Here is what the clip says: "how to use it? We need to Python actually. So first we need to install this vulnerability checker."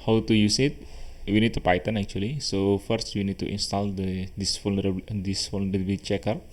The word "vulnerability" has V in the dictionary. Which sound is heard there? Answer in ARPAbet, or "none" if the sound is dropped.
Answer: F